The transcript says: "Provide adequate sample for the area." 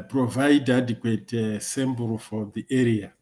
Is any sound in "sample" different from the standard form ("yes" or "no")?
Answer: yes